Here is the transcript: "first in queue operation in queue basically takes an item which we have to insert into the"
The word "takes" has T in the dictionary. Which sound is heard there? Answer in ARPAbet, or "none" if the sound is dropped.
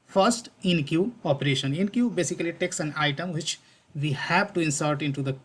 T